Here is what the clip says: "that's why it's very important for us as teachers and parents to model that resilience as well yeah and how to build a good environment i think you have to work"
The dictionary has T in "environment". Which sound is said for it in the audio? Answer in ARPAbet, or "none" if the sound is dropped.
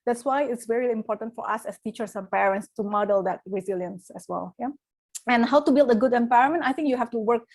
none